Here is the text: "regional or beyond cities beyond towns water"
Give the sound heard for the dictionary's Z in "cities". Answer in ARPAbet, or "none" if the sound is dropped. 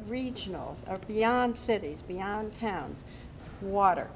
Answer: Z